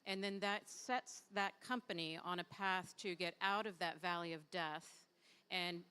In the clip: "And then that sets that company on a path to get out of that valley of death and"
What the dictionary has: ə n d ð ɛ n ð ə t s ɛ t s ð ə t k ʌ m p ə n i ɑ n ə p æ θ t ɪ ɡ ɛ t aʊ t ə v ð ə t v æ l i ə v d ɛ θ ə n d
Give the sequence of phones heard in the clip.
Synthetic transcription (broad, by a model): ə n ð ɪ n ð ə t s ɛ t s ð ə t k ʌ m p ə n i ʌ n ə p æ θ t ɪ ɡ ɛ t aʊ t ə v ð ə t v æ l i ə v d ɛ θ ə n